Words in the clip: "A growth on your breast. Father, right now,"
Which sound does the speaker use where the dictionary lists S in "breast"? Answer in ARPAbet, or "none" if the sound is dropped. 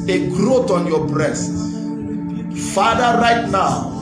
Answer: S